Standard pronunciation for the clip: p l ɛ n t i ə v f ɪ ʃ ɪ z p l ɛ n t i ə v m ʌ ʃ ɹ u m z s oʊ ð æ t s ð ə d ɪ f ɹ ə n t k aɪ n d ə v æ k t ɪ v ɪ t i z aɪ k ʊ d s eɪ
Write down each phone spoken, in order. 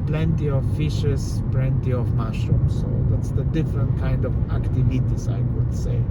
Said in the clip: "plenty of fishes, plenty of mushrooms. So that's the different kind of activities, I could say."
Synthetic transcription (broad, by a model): p l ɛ n t i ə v f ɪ ʃ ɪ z p l ɛ n t i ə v m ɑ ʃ u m s oʊ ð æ t s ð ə d ɪ f ɹ ə n t k aɪ n d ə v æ k t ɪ v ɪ t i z aɪ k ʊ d s eɪ